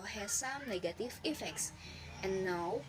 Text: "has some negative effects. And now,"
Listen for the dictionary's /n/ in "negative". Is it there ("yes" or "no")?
yes